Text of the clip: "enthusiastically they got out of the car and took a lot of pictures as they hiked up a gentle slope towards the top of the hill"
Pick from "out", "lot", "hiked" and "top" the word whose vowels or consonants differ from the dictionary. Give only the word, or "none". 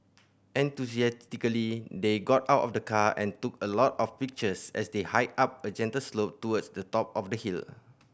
hiked